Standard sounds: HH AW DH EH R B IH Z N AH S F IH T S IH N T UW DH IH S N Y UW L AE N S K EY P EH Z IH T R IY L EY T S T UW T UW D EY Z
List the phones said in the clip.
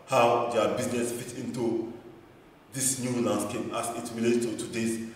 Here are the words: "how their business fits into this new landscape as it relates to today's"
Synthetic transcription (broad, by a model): HH AW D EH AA B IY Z N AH S F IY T IH N T UW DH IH S N Y UW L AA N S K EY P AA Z IH T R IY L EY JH T UW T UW D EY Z